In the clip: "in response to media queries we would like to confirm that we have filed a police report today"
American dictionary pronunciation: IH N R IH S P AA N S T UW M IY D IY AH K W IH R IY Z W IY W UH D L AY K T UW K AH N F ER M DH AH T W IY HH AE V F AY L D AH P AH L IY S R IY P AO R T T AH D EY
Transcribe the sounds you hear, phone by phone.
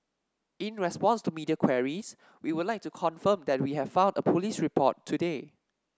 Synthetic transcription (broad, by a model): IH N R IH S P AA N S T UW M IY D IY AH K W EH R IY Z W IY W UH D L AY K T UW K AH N F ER M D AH T W IY HH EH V F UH N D AH P AH L IY S R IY P AO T T AH D EY